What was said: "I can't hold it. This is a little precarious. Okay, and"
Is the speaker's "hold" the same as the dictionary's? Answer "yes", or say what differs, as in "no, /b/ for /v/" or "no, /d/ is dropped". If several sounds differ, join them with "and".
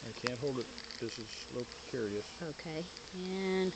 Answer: yes